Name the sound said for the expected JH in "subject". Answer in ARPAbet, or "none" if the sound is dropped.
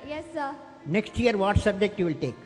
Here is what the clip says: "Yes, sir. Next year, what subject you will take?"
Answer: JH